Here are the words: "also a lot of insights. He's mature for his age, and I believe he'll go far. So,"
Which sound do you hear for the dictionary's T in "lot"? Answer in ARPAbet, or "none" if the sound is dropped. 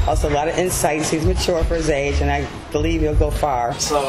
T